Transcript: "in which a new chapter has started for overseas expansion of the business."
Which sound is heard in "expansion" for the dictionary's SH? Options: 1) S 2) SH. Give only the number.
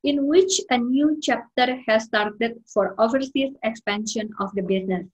2